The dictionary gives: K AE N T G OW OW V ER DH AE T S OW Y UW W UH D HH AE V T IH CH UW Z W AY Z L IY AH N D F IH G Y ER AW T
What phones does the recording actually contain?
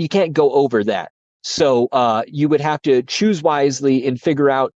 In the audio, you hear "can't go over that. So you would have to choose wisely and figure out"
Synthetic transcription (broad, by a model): K AE N G OW OW V ER DH AE T S OW Y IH W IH D HH AE F T IH CH UW Z W AY Z L IY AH N F IH G Y ER AW T